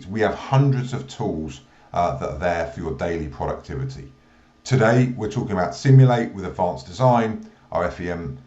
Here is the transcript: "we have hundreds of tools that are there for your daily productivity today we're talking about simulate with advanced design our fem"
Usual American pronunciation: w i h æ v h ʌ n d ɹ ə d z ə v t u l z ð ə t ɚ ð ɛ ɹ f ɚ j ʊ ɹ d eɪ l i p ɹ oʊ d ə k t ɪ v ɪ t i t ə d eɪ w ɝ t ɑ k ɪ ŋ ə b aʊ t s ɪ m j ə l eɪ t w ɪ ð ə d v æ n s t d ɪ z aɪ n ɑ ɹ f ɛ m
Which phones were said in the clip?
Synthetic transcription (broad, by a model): w i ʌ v h ʌ n d ɹ ə d z ə v t u l z ð ə t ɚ ð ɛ f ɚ j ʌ d eɪ l i p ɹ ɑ d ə k t ɪ v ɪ t i t ə d eɪ w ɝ t ɑ k ɪ ŋ ə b aʊ t s ɪ m j ə l eɪ t w ɪ ð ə d v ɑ n s d ɪ z aɪ n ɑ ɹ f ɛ m